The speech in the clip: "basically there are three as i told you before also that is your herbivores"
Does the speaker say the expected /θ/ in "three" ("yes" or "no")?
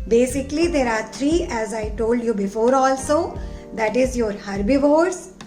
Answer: no